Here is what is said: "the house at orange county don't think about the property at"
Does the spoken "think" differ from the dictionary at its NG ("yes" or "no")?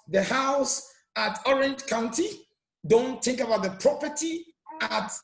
no